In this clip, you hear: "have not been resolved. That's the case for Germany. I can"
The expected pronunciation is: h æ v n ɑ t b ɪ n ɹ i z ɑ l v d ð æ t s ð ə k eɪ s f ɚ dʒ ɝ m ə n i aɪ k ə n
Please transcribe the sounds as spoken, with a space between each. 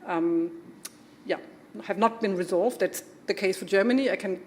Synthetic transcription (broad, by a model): h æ v n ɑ t b ɪ n ɹ i z ɑ l v d ð æ t s ð ə k eɪ s f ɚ dʒ ɝ m ə n i aɪ k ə n